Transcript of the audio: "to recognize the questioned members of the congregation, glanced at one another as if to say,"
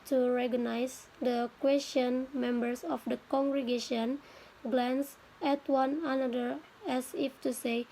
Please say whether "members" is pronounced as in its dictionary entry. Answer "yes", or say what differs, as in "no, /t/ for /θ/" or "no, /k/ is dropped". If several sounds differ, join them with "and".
no, /s/ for /z/